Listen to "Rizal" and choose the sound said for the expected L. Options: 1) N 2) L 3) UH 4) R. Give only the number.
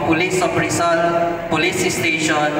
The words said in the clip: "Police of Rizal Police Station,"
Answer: 1